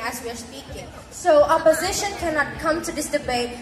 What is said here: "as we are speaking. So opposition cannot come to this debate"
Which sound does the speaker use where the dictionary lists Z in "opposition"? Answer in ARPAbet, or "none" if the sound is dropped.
Z